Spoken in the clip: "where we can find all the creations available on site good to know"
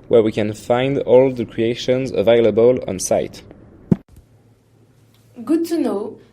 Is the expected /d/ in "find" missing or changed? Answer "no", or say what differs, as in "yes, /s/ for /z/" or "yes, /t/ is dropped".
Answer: no